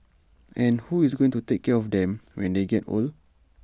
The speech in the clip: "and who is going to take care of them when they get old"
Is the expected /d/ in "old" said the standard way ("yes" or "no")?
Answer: no